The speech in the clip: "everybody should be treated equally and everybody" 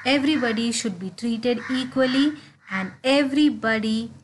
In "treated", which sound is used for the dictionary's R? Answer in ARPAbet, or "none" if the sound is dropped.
R